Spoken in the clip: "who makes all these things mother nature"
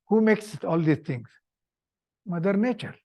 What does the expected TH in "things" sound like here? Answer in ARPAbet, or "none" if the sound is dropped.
T